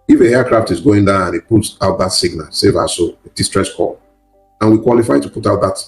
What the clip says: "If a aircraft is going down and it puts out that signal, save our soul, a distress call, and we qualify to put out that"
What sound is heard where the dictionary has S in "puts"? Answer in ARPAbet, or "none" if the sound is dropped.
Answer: none